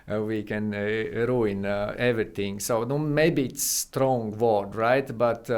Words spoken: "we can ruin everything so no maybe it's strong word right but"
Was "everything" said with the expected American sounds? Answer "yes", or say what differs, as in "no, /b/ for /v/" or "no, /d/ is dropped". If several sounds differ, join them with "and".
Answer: no, /t/ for /θ/